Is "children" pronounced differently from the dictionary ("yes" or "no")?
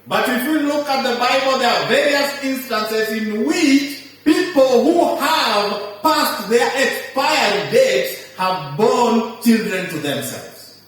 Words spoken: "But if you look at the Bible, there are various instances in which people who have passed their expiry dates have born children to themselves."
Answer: no